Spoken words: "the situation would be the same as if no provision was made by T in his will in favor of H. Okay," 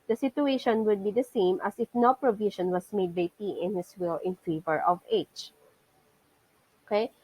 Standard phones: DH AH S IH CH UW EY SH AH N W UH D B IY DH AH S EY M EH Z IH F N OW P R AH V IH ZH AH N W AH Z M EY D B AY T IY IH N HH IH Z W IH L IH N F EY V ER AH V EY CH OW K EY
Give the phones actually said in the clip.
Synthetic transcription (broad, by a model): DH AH S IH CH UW EY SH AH N W UH D B IY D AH S EY M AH S IH F N OW P R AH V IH SH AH N W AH S M EY D B AY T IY IH N HH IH S W IH L IH N F EY V ER AH V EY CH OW K EY